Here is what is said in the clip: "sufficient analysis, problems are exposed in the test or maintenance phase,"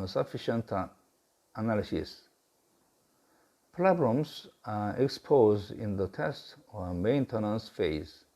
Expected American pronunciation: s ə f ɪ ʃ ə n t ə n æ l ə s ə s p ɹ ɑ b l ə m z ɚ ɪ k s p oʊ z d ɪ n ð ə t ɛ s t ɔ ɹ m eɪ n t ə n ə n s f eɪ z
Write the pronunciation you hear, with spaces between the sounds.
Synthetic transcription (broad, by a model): s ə f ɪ ʃ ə n t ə n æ l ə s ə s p l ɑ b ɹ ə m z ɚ ɪ k s p oʊ z d ɪ n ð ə t ɛ s t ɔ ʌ m eɪ n t ə n ə n s f eɪ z